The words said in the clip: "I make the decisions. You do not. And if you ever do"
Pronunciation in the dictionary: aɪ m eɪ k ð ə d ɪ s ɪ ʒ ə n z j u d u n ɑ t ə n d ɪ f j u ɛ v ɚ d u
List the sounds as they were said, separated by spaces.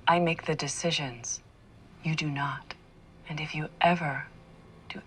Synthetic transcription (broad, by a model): aɪ m eɪ k ð ə d ɪ s ɪ ʒ ə n z j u d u n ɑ t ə n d ɪ f j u ɛ v ɚ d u